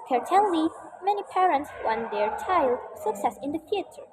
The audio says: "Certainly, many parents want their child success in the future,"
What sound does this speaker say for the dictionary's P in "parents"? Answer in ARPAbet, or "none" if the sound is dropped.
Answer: P